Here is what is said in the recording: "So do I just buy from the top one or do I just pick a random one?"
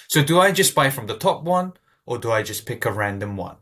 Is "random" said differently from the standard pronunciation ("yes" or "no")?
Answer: no